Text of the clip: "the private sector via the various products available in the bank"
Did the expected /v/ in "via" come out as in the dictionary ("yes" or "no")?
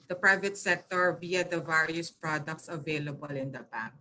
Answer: no